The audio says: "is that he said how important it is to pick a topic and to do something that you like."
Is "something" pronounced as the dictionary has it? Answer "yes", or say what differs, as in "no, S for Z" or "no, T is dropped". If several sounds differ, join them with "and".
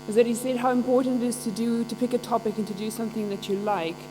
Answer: yes